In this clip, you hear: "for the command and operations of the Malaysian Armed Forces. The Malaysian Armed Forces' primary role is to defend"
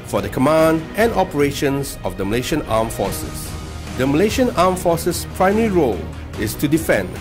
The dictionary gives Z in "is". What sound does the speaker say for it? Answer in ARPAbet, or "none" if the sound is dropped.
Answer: S